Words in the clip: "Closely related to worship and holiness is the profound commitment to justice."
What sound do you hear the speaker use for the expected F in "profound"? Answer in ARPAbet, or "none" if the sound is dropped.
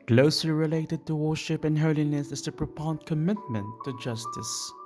P